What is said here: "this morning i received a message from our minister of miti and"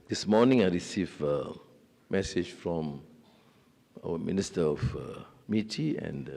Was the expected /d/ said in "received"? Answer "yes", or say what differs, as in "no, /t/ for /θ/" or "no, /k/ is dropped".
no, /d/ is dropped